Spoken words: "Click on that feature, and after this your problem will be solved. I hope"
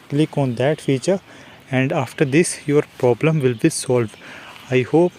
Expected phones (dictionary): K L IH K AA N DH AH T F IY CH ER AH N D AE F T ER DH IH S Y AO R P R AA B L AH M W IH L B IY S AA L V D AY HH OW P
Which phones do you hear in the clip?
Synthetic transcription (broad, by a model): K L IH K AA N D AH T F IY CH ER AH N D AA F T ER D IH S Y AO R P R AA B L AH M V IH L B IY S AA L V D AY HH OW P